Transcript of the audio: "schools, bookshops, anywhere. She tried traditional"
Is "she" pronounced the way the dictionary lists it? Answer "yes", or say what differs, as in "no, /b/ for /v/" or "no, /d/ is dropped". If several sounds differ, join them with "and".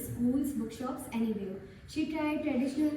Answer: yes